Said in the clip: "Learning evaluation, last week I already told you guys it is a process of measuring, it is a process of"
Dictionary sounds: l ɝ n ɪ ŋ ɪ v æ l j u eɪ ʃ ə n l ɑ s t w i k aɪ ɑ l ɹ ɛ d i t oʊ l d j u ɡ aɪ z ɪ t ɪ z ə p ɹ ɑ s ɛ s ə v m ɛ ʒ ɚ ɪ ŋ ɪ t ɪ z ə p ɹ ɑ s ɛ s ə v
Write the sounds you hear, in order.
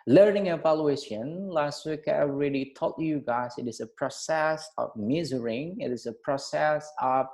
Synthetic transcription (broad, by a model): l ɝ n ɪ ŋ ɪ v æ l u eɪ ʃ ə n l ɑ s t w i k aɪ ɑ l ɹ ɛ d i t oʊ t j u ɡ aɪ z ɪ t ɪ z ə p ɹ ɑ s ɛ s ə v m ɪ z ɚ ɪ ŋ ɪ t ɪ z ə p ɹ ɑ s ɛ s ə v